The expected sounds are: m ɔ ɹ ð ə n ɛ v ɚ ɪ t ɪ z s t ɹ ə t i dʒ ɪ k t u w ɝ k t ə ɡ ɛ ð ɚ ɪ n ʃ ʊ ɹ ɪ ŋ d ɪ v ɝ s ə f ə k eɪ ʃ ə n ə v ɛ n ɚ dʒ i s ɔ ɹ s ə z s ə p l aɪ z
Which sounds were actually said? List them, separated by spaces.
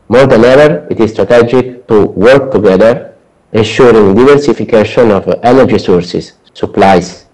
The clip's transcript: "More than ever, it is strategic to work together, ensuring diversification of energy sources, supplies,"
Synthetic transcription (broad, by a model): m ɔ ɹ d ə n ɛ v ɚ ɪ t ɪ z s t ɹ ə t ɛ dʒ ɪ k t u w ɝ k t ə ɡ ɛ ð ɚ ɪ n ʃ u ɹ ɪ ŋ d ɪ v ɝ s ə f ə k eɪ ʃ ə n ə v ɛ n ɚ dʒ i s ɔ ɹ s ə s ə p l aɪ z